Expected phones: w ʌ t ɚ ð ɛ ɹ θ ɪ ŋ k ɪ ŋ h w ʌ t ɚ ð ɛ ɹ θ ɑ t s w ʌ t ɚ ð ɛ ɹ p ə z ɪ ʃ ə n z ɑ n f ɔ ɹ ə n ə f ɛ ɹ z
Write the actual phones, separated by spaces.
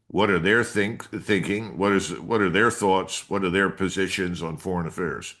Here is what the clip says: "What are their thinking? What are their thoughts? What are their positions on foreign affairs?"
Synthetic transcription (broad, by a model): w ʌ t ɚ ð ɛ ɹ θ ɪ ŋ k ɪ ŋ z w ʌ t ɚ ð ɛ ɹ θ ɑ t s w ʌ t ɚ ð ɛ ɹ p ə z ɪ ʃ ə n z n f ɔ ɹ ə n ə f ɛ ɹ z